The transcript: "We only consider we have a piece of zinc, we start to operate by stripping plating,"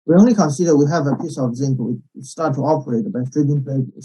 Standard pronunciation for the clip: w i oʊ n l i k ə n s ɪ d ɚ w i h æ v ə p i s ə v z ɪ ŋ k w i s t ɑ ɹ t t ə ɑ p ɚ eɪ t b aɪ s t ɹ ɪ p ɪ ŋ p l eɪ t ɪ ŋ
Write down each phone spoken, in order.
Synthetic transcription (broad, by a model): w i oʊ n l i k ə n s ɪ d ɚ w i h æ v ə p i s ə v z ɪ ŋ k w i s t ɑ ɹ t t ə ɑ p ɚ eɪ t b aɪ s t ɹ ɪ b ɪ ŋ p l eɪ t